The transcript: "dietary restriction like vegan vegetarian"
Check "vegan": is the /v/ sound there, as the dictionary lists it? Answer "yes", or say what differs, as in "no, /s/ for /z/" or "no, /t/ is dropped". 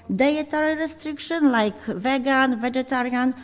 yes